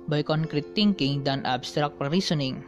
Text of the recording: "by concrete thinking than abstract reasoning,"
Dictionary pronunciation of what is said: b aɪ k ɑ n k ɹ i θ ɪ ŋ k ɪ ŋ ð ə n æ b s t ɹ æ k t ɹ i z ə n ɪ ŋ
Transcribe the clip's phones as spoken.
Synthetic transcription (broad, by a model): b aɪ k ɑ n k ɹ i t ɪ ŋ k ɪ ŋ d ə n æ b s t ɹ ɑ k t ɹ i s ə n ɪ ŋ